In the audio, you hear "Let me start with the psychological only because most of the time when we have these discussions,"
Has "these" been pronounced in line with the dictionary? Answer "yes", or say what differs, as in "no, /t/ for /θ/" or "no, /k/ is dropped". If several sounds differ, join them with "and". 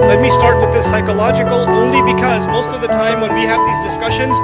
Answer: yes